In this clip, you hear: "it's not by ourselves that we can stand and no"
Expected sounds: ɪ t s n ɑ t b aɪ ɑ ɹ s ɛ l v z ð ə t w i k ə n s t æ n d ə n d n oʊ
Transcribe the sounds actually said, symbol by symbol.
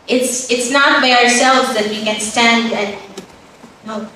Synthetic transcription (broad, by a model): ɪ t s n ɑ t b aɪ ɑ ɹ s ɛ l v z ð ə t w i k ə n s t æ n d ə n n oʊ